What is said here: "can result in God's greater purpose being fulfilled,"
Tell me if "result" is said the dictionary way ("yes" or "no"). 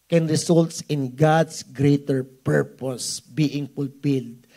no